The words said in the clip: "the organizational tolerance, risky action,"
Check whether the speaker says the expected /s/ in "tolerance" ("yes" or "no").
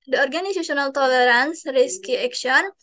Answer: yes